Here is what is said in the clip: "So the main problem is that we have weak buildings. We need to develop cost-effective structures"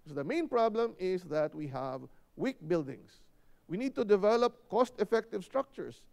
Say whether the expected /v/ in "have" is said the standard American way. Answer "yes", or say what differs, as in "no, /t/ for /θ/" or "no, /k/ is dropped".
yes